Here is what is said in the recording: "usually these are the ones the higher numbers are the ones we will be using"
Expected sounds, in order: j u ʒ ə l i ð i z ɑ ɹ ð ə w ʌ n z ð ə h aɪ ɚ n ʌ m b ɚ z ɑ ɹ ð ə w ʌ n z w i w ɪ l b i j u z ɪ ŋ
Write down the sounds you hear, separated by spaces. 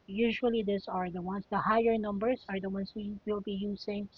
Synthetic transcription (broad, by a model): j u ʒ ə l i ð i s ɑ ɹ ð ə w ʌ n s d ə h aɪ ɚ n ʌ m b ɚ s ɑ ɹ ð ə w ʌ n s w i w ɪ l b i j u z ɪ ŋ